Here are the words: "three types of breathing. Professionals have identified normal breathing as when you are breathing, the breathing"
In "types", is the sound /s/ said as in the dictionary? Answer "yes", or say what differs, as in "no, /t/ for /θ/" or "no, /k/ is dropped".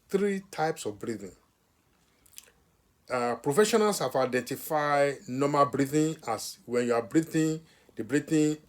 yes